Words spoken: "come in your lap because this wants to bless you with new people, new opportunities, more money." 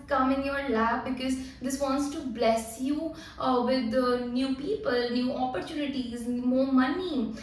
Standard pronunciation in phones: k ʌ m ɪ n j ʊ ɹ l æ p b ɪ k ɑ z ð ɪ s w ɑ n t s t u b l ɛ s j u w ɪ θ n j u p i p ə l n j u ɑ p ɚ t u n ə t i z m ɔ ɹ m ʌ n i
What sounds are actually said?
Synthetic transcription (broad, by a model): k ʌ m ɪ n j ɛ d l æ f b ɪ k ɑ z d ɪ s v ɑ n t s t u b l ɛ s j u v ɪ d n j u p i p ə l n j u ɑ p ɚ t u n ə t i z m ɔ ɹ m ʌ n i